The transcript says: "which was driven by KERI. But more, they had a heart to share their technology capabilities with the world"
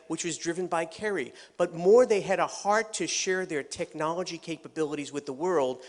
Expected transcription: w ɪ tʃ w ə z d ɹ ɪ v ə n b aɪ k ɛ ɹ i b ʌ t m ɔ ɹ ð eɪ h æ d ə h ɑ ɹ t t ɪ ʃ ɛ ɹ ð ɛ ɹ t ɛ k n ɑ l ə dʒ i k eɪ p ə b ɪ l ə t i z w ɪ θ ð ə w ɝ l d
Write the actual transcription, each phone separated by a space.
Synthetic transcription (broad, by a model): w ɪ tʃ w ə z d ɹ ɪ v ə n b aɪ k ɛ ɹ i b ʌ t m ɔ ɹ ð eɪ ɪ d ə h ɑ ɹ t t ɪ ʃ ɛ ɹ ð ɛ ɹ t ɛ k n ɑ l ə dʒ i k eɪ p ə b ɪ l ə t i z w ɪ ð ə w ɝ l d